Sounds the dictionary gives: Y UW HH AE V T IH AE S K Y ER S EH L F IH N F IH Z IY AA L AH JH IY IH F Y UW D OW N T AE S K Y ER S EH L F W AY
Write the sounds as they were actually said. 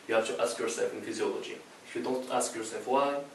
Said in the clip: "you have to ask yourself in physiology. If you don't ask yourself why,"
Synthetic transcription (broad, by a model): Y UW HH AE F T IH AE S K Y ER S EH L F IH N F IH Z IY AA L AH JH IY IH F Y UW D OW N T AE S K Y ER S EH L F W AY